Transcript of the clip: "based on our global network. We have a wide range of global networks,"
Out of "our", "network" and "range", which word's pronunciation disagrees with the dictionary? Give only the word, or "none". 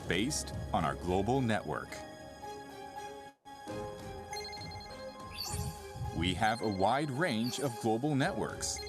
none